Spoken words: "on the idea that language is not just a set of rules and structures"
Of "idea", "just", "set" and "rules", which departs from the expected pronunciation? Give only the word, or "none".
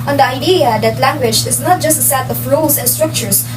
rules